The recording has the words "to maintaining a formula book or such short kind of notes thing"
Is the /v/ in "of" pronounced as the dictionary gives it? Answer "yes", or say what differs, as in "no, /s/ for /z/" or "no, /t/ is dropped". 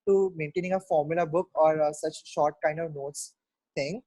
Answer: yes